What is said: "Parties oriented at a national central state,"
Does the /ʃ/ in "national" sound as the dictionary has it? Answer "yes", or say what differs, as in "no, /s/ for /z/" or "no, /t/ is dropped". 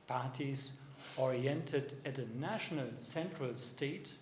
yes